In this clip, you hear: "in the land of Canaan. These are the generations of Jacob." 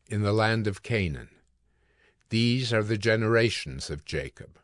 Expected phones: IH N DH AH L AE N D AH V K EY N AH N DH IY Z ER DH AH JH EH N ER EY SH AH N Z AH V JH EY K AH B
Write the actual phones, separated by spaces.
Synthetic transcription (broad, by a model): IH N DH AH L AE N D AH V K EY N AH N DH IY Z ER DH AH JH EH N ER EY SH N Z AH V JH EY K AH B